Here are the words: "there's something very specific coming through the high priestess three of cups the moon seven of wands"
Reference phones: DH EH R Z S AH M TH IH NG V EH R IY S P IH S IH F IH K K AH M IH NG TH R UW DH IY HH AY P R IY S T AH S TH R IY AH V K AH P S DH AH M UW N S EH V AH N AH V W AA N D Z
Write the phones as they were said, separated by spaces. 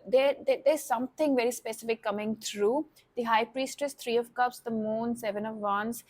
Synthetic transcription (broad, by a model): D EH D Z S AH M T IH NG V EH R IY S P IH S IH F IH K K AH M IH NG T R UW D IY HH AY P R IY S T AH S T R IY AH V K AH P S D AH M UW N S EH V AH N AH V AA N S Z